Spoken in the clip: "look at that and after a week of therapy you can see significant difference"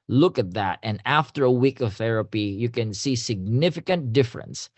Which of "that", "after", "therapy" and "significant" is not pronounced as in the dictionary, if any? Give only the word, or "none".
none